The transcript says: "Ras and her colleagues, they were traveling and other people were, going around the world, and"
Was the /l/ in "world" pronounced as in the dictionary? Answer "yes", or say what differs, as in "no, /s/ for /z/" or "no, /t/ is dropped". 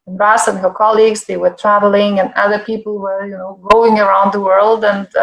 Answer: yes